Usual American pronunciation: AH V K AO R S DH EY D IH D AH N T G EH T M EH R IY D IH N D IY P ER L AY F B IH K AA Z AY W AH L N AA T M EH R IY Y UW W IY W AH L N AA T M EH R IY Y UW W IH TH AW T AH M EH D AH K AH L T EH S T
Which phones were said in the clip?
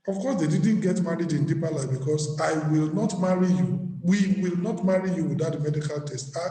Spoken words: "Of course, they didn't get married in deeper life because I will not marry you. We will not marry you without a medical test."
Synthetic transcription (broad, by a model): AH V K AO S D EY D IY D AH N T G EH T M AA R IY D IH N D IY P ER L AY B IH K AA S AY W AH L N AA T M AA R IY Y UW W IY W AH L N AA T M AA R IY Y UW W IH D AW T M EH D AH K AH L T EH S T